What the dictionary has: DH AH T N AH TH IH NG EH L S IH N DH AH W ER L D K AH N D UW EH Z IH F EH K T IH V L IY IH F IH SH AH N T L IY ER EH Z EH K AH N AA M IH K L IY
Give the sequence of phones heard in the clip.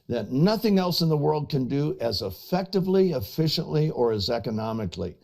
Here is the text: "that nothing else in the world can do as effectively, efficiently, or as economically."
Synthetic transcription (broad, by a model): DH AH T N AH TH IH NG EH L S IH N DH AH W ER L D K AH N D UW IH Z IH F EH K T IH V L IY IH F IH SH AH N T L IY ER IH Z EH K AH N AA M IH K L IY